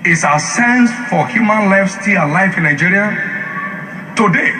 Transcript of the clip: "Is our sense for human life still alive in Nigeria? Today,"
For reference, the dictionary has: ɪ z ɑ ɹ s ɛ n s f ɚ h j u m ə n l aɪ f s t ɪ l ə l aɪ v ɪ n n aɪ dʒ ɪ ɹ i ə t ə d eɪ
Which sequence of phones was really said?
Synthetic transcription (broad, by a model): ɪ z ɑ s ɛ n s f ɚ h j u m ə n l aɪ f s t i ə l aɪ f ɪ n n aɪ dʒ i ɹ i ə t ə d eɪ